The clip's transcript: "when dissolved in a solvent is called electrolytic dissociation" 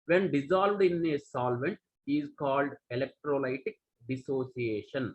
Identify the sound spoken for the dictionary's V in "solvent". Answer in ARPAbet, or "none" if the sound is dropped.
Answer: V